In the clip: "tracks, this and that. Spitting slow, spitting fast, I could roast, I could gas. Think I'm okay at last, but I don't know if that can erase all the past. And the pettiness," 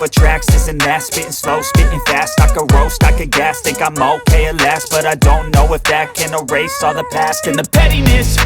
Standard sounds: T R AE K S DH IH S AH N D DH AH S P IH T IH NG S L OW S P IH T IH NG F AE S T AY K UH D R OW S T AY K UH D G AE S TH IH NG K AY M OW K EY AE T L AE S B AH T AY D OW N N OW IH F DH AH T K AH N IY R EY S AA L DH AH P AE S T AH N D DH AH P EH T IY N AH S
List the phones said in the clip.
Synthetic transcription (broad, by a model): T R AE K S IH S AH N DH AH S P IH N S L OW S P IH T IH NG F AE S T AY K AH R OW S T AY K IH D G AE S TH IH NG K AY M OW K EY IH L AE S B AH T AY D OW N N OW IH F DH AH T K AH N IY R EY S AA DH AH P AE S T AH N DH AH P EH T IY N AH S